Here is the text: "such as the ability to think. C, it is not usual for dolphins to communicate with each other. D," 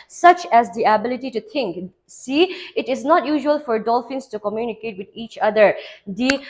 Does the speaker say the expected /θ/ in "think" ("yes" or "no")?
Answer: no